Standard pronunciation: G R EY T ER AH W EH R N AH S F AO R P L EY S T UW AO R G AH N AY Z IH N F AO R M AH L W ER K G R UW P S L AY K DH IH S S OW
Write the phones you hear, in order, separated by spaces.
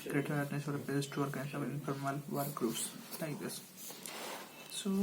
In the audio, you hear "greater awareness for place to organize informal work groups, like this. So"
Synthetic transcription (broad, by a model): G R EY T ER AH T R N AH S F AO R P EY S T UW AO R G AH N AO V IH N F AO R M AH L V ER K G R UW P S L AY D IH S S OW